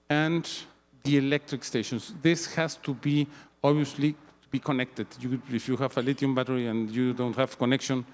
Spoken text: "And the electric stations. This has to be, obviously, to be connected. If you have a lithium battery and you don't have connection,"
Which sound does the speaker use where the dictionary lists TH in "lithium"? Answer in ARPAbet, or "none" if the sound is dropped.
T